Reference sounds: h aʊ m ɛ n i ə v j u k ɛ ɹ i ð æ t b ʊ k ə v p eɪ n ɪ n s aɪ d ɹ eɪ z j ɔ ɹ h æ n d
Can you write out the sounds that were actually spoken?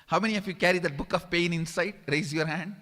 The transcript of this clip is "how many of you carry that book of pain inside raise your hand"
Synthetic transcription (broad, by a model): h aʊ m ɛ n i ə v j u k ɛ ɹ i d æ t b ʊ k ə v p eɪ n ɪ n s aɪ d ɹ eɪ z j ɔ ɹ h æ n d